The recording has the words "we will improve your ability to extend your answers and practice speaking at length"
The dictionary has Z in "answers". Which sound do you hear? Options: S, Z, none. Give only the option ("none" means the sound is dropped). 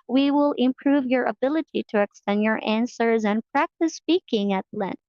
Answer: Z